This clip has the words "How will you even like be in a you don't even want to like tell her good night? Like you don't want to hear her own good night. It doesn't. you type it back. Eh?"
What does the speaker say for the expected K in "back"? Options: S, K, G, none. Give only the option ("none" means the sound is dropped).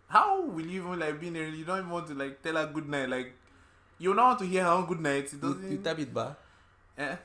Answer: none